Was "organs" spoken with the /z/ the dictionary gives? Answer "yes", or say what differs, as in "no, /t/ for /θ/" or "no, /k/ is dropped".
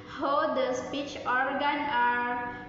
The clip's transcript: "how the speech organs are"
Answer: no, /z/ is dropped